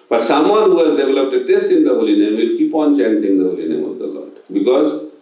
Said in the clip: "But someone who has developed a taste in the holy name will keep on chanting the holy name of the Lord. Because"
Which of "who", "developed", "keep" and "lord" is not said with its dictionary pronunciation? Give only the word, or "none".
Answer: none